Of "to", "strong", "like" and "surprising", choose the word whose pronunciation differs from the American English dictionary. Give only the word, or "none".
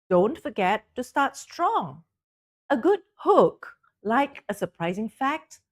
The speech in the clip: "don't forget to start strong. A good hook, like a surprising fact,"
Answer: none